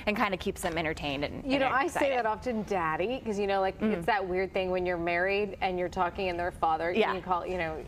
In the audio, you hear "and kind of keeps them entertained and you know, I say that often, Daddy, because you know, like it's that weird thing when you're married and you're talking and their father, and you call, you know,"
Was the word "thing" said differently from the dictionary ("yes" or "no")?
no